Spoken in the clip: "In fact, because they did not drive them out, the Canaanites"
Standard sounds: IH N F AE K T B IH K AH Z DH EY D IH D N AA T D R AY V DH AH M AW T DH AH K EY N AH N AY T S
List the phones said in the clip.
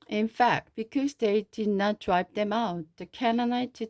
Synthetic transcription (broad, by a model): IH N F AE K T B IH K AH Z DH EY D IH D N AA T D R AY P DH AH M AW T DH AH K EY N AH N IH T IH